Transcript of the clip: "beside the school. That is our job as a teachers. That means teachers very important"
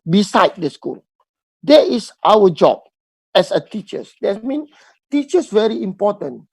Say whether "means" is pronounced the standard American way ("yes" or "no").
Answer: no